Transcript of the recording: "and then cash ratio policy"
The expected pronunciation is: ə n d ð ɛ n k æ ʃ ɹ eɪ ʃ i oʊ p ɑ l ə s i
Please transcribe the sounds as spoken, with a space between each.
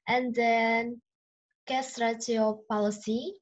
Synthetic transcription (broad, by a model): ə n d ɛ n k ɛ s ɹ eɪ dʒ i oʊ p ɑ l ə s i